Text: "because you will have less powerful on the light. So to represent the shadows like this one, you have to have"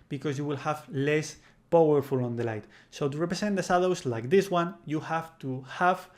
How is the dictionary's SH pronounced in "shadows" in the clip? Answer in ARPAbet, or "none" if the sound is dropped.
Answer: S